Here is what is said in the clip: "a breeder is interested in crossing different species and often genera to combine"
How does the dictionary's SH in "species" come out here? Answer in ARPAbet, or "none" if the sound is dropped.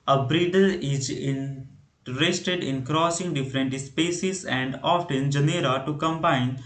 S